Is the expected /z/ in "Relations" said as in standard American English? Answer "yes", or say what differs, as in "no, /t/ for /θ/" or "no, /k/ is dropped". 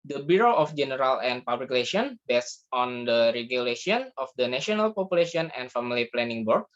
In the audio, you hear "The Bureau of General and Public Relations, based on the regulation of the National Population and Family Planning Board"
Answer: no, /z/ is dropped